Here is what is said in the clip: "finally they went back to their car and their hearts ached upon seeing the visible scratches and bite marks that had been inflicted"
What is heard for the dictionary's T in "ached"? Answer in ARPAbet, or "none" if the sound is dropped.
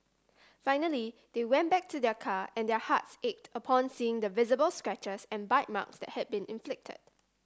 T